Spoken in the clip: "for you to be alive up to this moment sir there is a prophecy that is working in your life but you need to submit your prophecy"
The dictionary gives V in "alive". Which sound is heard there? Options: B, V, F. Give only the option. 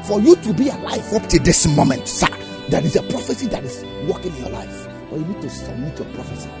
F